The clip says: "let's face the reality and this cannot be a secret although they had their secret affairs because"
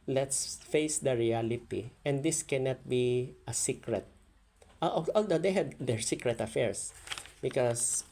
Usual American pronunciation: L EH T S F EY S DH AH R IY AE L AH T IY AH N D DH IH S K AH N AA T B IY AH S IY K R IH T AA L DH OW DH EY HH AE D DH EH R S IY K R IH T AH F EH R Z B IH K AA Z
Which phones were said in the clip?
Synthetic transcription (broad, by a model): L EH T S F EY S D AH R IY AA L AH T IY AH N D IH S K AH N AA T B IY AH S IY K R IH T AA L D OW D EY HH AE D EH R S IY K R IH T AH F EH R S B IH K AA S